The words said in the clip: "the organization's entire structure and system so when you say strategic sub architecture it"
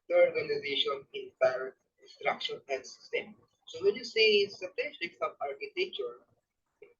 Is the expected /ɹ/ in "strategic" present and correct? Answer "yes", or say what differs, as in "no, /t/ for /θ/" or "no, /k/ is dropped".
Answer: no, /ɹ/ is dropped